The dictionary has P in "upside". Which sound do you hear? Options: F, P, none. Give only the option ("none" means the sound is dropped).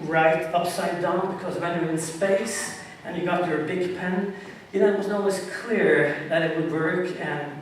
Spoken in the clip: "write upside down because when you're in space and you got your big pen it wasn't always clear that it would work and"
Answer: P